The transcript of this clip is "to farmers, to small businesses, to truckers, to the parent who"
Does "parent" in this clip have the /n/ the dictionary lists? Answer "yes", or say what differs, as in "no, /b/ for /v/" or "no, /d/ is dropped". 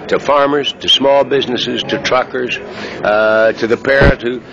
no, /n/ is dropped